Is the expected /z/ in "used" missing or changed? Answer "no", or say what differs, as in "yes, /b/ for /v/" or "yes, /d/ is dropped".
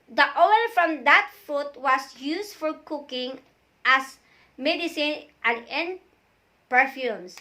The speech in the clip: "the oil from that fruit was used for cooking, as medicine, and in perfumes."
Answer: yes, /s/ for /z/